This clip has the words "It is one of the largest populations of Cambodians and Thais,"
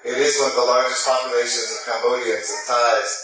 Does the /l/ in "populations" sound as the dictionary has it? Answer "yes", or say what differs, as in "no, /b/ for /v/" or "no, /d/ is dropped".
no, /l/ is dropped